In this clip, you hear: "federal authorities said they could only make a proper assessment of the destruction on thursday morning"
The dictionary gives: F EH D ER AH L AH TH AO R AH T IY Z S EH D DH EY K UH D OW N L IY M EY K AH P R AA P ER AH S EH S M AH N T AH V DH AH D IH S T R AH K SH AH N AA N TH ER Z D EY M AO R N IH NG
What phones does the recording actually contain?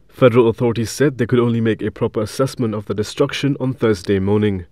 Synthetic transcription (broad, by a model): F EH D ER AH L AH TH AO R AH T IY Z S EH D DH EY K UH D OW N L IY M EY K AH P R AA P ER AH S EH S M AH N T AH V DH AH D IH S T R AH K SH AH N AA N TH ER Z D EY M AO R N IH NG